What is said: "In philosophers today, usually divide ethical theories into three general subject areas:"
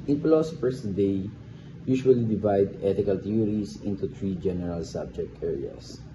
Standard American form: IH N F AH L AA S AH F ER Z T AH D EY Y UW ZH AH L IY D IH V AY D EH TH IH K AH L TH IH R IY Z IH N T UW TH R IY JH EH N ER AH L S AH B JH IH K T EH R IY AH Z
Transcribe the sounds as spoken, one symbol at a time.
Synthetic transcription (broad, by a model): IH N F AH L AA S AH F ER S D EY Y UW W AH L IY D IH V AY D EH T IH K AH L T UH R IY S IH N T UW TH R IY JH EH N ER AH L S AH B JH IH K T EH R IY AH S